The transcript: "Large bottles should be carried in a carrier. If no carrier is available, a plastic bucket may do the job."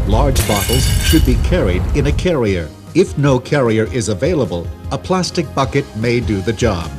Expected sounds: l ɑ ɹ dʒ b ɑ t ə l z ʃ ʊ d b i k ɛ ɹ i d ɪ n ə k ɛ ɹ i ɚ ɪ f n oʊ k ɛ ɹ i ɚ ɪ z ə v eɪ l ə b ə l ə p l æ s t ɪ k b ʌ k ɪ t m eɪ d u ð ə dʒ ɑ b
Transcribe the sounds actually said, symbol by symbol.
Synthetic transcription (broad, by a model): l ɑ ɹ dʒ b ɑ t l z ʃ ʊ d b i k ɛ ɹ i d ɪ n ə k ɛ ɹ i ɚ ɪ f n oʊ k ɛ ɹ i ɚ ɪ z ə v eɪ l ə b ə l ə p l æ s t ɪ k b ʌ k ɪ t m eɪ d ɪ ð ə dʒ ɑ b